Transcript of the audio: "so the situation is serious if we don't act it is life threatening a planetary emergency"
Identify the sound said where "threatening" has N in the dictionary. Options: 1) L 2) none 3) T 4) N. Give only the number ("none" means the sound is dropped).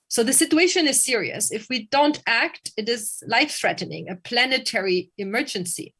4